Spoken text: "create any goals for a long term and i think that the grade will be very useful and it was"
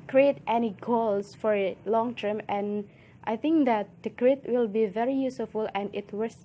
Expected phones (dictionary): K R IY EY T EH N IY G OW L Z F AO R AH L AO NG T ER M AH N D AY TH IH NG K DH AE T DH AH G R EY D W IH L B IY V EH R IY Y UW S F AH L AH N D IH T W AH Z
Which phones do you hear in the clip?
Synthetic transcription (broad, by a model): K R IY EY T EH N IY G OW L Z F AO R AH L AO NG T ER M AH N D AY TH IH NG K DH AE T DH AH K R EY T W IH L B IY V EH R IY Y UW S F AH L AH N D IH T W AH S